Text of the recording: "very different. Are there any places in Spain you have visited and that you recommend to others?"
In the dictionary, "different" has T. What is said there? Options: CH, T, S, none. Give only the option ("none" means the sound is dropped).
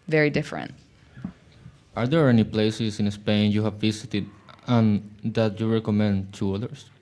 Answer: T